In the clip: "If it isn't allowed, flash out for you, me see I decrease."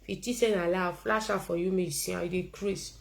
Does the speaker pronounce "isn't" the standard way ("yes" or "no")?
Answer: no